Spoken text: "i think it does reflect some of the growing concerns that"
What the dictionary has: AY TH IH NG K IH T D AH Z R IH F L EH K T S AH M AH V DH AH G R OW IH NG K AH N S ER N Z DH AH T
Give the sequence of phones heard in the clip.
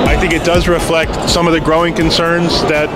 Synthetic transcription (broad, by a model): AY TH IH NG K IH T D AH Z R IH F L EH K T S AH M AH V DH AH G R OW IH NG K AH N S ER N Z DH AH T